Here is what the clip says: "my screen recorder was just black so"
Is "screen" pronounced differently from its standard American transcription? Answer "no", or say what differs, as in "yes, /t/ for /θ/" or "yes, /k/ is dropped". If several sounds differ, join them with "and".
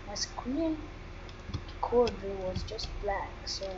yes, /w/ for /ɹ/